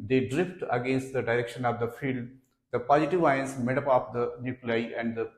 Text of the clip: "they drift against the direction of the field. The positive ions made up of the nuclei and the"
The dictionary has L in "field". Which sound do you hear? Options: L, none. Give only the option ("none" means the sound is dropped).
L